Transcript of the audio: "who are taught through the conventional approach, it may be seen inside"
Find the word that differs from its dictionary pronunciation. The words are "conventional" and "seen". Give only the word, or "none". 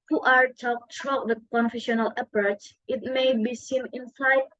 conventional